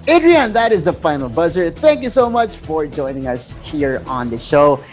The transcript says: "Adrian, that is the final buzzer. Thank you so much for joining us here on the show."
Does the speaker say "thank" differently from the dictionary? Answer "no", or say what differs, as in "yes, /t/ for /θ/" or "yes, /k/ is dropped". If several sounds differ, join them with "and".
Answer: no